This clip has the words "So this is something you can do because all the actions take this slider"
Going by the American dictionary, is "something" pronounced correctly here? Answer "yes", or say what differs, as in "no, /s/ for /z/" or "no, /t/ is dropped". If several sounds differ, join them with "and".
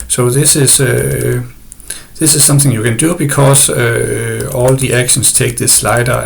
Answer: yes